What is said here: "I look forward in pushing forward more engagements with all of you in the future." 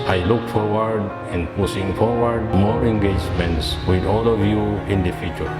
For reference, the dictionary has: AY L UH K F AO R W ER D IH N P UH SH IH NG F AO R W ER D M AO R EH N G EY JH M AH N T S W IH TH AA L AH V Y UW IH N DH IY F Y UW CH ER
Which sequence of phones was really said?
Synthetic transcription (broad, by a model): AY L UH K F AO R W ER D IH N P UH S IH NG F AO R W ER D M AO R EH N G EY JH M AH N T S W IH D AA L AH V Y UW IH N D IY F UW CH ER